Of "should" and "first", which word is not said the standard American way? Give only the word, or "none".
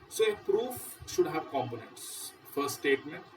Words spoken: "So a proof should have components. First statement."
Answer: first